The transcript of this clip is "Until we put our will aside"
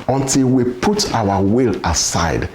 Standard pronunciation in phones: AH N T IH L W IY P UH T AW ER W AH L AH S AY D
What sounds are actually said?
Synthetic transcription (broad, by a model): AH N T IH L W IY P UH T AW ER W AH L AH S AY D